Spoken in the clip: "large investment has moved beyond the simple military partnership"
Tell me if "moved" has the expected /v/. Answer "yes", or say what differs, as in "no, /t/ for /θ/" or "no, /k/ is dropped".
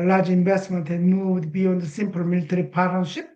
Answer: no, /w/ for /v/